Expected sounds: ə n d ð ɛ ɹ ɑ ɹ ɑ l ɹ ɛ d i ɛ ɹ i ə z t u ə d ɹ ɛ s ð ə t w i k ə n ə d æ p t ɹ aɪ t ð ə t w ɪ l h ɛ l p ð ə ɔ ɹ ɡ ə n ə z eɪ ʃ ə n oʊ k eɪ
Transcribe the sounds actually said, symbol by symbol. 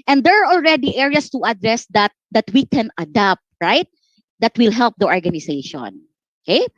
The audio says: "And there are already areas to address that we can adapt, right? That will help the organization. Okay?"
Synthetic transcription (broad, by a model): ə n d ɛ ɹ ɑ ɹ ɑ l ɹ ɛ d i ɛ ɹ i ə s t u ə d ɹ ɛ s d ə t w i k ə n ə d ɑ p t ɹ aɪ t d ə t w ɪ l h ɛ l p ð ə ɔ ɹ ɡ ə n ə s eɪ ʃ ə n oʊ k eɪ